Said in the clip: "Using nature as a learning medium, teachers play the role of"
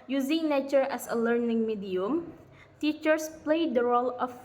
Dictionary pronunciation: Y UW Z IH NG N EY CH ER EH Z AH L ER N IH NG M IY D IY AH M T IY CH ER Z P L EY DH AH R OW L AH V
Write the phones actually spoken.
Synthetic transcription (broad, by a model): Y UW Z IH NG N EY CH ER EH S AH L ER N IH NG M IY D IY AH M T IY CH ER S P L EY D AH R OW L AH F